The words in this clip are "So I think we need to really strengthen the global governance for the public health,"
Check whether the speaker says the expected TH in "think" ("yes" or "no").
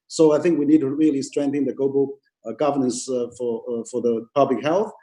yes